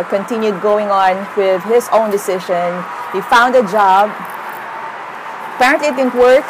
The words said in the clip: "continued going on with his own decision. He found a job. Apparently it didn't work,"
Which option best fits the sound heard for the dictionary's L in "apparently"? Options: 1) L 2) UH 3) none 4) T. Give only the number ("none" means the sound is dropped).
1